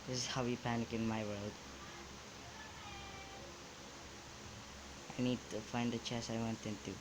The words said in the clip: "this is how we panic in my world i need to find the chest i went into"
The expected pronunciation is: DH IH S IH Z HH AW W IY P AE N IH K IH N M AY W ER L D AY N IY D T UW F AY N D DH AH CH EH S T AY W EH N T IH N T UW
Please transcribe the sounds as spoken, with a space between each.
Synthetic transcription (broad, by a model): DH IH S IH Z HH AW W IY P AE N IH K IH N M AY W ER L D AY N IY D T UW F AY N D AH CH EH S AY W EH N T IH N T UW